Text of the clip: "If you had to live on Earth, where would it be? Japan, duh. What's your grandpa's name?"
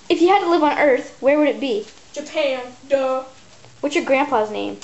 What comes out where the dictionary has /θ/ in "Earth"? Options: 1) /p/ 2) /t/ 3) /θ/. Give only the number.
3